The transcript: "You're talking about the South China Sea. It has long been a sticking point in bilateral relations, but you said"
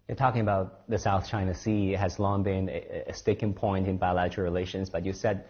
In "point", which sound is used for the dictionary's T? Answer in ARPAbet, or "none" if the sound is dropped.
T